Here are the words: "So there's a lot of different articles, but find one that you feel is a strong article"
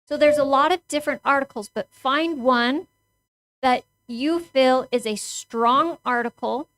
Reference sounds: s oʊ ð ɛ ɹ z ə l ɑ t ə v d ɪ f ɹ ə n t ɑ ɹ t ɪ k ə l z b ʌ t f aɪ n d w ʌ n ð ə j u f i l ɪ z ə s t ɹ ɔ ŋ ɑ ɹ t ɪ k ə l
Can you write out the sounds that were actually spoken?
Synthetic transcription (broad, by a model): s oʊ ð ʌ ɹ z ə l ɑ t ə v d ɪ f ɹ ə n t ɑ ɹ t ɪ k l z b ʌ t f aɪ n d w ʌ n ð ə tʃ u f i l ɪ z ə s t ɹ ɔ ŋ ɑ ɹ t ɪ k l